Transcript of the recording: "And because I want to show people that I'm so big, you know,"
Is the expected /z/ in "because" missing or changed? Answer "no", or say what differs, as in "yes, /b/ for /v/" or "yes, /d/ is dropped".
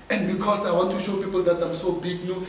yes, /s/ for /z/